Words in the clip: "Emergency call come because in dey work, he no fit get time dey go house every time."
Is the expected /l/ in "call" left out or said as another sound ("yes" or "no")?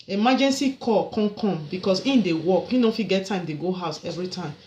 yes